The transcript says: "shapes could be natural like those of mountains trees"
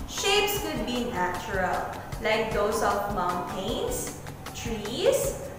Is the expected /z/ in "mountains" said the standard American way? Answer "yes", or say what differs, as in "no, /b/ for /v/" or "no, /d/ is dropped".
no, /s/ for /z/